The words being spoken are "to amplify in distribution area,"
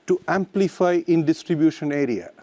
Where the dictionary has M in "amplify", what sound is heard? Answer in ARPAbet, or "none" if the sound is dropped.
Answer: M